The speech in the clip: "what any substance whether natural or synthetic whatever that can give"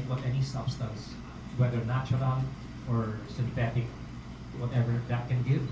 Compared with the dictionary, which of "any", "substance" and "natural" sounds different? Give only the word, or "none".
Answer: natural